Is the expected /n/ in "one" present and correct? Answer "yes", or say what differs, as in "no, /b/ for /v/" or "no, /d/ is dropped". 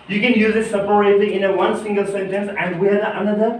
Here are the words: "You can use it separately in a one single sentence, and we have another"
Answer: yes